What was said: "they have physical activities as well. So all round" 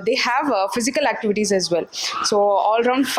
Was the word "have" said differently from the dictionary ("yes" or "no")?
no